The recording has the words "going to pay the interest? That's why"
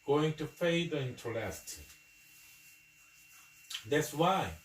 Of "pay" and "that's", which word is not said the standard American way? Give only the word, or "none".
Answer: pay